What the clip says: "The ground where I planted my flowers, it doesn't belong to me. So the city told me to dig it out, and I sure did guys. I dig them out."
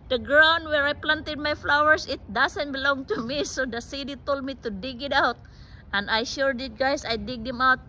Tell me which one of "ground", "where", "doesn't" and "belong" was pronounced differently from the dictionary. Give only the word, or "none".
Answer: doesn't